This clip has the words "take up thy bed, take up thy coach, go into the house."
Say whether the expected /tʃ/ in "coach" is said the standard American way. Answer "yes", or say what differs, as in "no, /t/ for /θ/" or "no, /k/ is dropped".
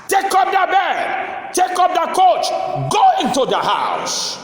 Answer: yes